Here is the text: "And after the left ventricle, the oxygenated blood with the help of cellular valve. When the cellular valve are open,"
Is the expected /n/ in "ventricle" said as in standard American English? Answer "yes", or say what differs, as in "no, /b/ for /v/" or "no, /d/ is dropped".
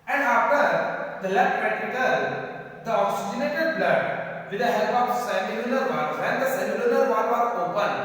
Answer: no, /n/ is dropped